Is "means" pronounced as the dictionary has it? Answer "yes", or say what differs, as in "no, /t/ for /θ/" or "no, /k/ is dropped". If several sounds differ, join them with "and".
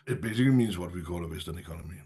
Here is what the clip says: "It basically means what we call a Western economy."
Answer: yes